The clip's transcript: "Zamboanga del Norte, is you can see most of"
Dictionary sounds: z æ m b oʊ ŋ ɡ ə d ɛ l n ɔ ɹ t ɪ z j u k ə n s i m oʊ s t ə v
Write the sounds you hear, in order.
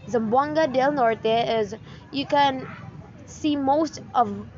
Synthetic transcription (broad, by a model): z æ m b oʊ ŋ ɡ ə d ɛ l n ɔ ɹ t ɪ z j u k ə n s i m oʊ s t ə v